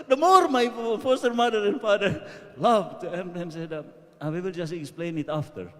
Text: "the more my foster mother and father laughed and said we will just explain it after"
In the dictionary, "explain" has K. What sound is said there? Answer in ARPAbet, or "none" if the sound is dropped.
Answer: K